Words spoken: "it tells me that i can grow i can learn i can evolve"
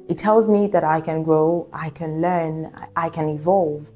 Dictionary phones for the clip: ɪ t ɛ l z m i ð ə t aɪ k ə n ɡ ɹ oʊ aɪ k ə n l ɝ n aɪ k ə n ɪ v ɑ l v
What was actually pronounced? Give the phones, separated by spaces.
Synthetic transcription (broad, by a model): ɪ t ɛ l z m i ð ə t aɪ k ə n ɡ ɹ oʊ aɪ k ə n l ɝ n aɪ k ə n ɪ v ɑ l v